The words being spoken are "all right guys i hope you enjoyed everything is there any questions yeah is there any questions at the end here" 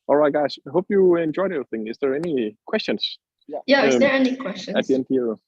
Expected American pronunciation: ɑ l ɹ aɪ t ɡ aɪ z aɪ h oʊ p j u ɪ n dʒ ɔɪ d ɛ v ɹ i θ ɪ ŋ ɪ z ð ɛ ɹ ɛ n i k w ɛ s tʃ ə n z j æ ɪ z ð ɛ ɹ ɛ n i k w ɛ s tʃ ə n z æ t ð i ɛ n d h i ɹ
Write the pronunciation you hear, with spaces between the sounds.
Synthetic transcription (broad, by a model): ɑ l ɹ aɪ t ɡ aɪ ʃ h oʊ p j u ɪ n dʒ ɔɪ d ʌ ɹ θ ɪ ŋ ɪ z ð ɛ ɹ ɛ n i k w ɛ s tʃ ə n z j æ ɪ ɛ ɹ ɛ n i k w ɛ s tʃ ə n ɑ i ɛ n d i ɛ